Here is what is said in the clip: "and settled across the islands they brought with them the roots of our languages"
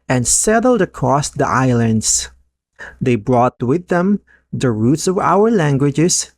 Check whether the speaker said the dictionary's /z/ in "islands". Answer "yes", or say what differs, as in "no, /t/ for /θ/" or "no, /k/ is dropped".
no, /s/ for /z/